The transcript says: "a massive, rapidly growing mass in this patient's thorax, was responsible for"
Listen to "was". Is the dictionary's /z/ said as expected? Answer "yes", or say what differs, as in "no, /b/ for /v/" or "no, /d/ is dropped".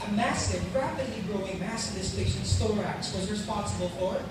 yes